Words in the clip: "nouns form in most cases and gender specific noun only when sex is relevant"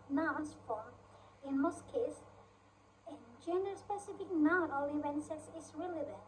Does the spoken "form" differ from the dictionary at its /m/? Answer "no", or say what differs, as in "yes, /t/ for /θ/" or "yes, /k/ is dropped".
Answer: yes, /m/ is dropped